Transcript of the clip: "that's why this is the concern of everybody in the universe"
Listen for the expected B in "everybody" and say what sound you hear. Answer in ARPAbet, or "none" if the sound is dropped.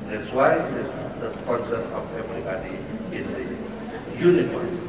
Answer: none